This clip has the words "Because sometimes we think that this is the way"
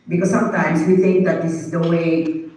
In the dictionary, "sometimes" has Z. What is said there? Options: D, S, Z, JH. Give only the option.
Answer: S